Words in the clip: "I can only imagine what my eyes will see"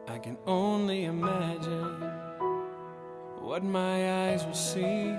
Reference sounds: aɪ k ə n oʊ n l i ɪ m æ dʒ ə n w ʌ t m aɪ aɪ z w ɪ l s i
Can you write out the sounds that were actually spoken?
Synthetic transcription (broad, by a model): aɪ k ə n oʊ n l i ɪ m æ dʒ ə n w ʌ t m aɪ aɪ z w ɪ l s i